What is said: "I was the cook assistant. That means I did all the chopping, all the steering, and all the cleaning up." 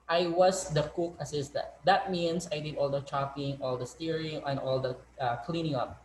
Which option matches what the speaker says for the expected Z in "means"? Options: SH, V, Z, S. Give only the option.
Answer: S